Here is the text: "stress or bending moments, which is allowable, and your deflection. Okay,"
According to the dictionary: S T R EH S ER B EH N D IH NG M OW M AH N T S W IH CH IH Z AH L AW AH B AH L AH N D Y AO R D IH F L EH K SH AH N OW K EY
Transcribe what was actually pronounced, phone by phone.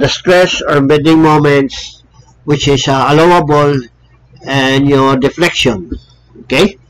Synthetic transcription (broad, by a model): S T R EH S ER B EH D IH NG M OW M AH N T S W IH CH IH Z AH L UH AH B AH L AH N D Y AO R D IH F L EH K SH AH N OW K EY